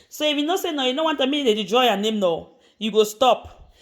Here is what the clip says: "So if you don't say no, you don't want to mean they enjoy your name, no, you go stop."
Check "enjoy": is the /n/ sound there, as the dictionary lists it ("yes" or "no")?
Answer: no